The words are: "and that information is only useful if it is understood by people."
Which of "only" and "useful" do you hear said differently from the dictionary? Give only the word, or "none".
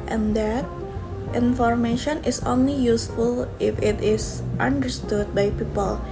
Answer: none